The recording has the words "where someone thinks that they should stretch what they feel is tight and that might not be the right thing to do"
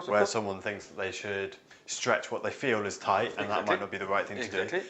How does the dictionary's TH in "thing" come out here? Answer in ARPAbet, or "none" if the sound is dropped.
TH